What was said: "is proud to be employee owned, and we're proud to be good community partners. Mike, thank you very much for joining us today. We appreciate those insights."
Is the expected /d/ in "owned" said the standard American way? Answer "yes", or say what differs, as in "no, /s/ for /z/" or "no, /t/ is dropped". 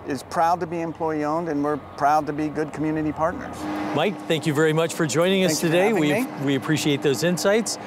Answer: yes